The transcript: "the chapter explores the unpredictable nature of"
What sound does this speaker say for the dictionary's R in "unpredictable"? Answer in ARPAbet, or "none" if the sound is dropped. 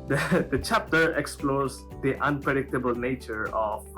R